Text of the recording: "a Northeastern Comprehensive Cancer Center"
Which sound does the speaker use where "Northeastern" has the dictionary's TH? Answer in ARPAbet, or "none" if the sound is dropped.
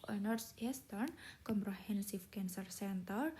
S